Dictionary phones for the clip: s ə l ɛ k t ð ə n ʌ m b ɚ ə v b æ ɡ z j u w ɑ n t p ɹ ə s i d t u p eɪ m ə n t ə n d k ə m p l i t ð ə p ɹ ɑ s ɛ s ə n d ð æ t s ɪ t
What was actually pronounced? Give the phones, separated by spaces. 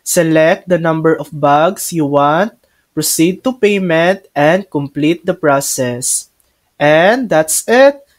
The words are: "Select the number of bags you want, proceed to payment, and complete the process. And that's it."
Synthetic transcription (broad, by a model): s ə l ɛ k t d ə n ʌ m b ɚ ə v b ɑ ɡ s j u w ɑ n t p ɹ ə s i d t u p eɪ m ə n t ə n d k ə m p l i t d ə p ɹ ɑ s ɛ s ə n d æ t s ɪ t